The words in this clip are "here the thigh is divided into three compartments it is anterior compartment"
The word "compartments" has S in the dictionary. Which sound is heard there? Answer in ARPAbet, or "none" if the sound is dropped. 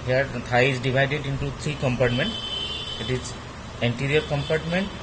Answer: none